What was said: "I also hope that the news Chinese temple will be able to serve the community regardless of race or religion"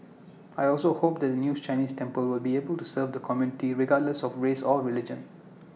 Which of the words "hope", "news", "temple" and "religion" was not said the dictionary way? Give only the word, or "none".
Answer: news